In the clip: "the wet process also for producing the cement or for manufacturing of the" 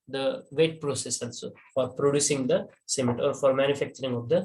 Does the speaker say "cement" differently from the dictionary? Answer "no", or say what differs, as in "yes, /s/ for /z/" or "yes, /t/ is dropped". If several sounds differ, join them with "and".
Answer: yes, /n/ is dropped